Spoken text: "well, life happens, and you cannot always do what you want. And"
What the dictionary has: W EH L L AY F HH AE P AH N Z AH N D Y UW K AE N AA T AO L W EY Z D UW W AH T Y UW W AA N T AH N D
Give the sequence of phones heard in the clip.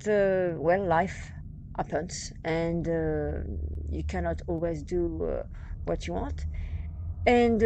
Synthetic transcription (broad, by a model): W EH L L AY F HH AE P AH N S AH N D Y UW K AE N AA T AO L W EY Z D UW W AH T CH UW W AA N T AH N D